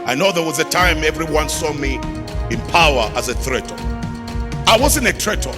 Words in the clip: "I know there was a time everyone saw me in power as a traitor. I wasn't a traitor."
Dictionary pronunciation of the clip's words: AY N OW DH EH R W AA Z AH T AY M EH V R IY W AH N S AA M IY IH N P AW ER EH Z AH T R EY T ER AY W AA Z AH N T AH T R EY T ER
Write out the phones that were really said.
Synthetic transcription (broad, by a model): AY N OW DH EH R W AA Z AH T AY M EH V R IY W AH N S AA M IY IH N P AW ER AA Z AH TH R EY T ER AY W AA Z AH N AH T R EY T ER